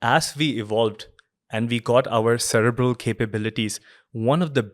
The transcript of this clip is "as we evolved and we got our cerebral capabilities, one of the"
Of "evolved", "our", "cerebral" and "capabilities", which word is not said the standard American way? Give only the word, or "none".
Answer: none